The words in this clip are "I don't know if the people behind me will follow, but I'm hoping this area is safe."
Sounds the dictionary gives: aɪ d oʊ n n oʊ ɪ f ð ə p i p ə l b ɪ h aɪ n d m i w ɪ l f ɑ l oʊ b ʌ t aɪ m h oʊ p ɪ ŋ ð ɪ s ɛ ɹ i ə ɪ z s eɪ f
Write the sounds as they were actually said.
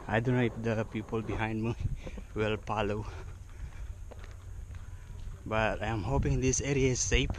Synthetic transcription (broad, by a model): aɪ d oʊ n n oʊ ɪ f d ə p i p ə l b ɪ h aɪ n d m i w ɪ l p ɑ l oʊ b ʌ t aɪ m h oʊ p ɪ ŋ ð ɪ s ɛ ɹ i ə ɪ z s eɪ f